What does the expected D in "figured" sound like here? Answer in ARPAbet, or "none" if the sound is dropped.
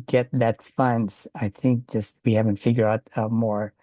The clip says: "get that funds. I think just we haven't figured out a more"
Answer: none